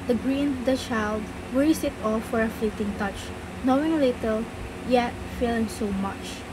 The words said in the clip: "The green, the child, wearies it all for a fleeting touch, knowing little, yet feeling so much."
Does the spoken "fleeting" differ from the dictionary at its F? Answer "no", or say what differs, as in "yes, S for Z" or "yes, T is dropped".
no